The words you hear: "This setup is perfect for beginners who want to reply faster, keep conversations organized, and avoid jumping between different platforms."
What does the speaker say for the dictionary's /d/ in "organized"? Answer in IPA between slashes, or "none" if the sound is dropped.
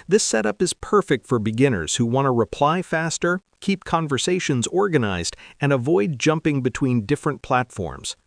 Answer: /d/